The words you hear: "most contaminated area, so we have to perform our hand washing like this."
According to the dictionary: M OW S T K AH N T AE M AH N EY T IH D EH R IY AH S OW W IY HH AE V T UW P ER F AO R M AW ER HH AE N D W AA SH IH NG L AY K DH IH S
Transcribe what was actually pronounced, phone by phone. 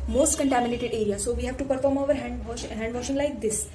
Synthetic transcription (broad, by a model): M OW S T K AH N T AE M AH N EY T IH D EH R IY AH S OW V IY HH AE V T UW P ER F AO R M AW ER HH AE N D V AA SH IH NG L AY K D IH S